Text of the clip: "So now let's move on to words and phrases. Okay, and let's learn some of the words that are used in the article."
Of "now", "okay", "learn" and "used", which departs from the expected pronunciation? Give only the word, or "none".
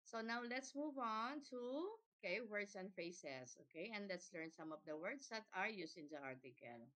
used